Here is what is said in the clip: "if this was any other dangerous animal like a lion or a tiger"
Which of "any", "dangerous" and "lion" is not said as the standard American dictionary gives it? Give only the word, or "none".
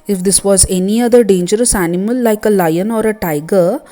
none